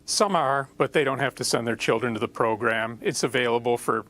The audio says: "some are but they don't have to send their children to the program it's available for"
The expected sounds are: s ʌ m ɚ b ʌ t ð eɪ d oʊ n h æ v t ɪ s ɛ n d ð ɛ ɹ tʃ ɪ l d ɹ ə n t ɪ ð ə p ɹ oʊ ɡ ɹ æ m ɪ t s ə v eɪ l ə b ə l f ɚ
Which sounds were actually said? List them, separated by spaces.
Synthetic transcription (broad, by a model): s ʌ m ɚ b ʌ t ð eɪ d oʊ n h æ f t ɪ s ɛ n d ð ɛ ɹ tʃ ɪ l d ɹ ə n t ɪ ð ə p ɹ oʊ ɡ ɹ æ m ɪ t s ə v eɪ l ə b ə l f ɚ